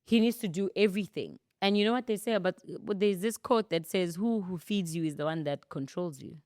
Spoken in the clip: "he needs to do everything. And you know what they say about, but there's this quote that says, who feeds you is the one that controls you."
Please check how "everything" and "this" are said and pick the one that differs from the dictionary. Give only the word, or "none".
none